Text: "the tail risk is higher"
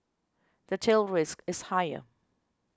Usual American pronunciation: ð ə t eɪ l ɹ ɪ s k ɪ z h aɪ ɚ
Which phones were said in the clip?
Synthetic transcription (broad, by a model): ð ə t eɪ l ɹ ɪ s k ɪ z h aɪ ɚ